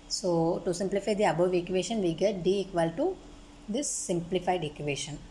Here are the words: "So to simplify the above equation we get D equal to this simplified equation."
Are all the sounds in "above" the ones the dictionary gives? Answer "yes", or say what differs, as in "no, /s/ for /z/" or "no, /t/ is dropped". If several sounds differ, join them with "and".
yes